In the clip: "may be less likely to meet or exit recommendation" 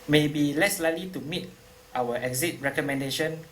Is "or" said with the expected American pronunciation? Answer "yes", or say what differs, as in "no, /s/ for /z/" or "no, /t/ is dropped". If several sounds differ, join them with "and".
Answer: no, /w/ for /ɹ/